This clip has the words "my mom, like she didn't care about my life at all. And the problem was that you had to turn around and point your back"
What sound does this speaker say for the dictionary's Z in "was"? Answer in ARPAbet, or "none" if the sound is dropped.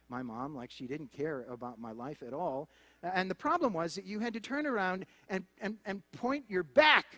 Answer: Z